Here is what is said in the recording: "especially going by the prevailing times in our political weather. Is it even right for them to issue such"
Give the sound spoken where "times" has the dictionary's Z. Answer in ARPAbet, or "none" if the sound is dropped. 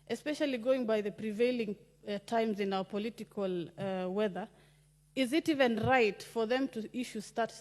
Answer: Z